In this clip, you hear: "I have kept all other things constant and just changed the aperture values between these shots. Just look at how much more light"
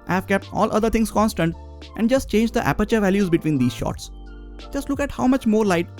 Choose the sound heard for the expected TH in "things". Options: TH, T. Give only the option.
T